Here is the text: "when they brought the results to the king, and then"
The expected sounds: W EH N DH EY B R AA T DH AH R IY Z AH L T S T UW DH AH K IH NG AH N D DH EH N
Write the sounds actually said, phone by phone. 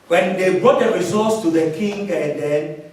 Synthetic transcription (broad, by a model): W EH N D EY B R AA T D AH R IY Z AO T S T UW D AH K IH NG AH N D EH N